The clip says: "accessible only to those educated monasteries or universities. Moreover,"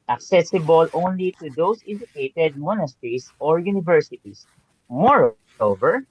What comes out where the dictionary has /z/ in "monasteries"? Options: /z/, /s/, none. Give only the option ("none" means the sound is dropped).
/s/